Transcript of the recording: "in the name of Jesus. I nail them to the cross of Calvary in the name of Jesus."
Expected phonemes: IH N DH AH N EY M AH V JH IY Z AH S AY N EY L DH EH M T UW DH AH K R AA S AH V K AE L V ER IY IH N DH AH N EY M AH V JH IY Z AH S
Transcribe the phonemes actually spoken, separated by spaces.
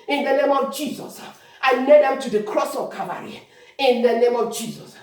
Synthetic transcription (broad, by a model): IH N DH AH N EY M AH V JH IY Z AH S AY L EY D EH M T UW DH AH K R AA S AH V K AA V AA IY IH N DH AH N EY M AH V JH IY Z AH S